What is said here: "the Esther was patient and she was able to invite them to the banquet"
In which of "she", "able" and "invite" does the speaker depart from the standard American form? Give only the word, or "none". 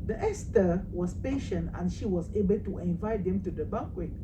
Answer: none